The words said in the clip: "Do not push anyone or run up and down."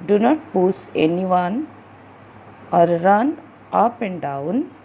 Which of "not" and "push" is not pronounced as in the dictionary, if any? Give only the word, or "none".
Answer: push